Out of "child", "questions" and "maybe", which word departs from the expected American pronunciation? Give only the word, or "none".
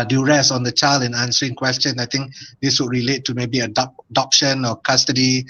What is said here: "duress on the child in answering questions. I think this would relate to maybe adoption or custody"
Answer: questions